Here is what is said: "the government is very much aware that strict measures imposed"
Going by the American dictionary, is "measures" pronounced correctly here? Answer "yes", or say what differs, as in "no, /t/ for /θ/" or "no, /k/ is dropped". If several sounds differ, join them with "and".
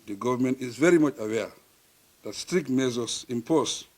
no, /z/ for /ʒ/